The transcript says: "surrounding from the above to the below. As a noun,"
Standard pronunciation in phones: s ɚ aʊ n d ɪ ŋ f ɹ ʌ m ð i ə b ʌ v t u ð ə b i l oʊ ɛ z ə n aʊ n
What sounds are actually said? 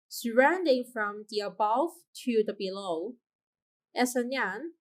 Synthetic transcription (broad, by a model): s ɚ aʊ n d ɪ ŋ f ɹ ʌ m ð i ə b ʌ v t u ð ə b i l oʊ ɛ s ə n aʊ n